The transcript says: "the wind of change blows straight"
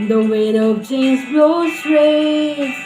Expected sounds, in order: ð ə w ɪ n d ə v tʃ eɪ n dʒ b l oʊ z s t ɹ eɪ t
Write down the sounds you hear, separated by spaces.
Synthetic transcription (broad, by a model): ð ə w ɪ d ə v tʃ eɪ n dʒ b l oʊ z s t ɹ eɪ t